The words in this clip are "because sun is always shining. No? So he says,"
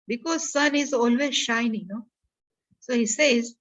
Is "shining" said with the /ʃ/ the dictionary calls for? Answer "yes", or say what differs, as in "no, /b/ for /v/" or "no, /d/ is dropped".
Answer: yes